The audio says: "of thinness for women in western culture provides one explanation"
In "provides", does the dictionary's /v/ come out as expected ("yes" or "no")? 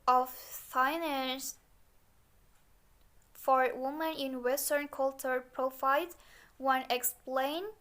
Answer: no